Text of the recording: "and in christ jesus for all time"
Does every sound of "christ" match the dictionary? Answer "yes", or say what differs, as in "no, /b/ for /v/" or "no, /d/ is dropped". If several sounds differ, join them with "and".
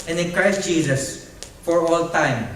yes